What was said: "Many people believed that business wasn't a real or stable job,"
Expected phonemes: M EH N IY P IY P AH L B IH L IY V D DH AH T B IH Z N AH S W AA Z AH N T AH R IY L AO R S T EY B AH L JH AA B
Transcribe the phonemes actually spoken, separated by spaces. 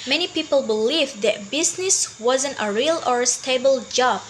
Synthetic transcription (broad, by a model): M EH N IY P IY P AH L B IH L IY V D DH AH T B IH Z N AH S W AA Z AH N T AH R IY L AO R S T EY B AH L JH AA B